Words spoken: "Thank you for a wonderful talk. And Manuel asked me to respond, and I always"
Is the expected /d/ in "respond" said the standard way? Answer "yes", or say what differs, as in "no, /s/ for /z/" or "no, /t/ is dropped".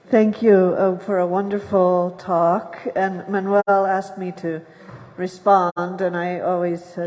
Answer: yes